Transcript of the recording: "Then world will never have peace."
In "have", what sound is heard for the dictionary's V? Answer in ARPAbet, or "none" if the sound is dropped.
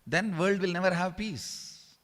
V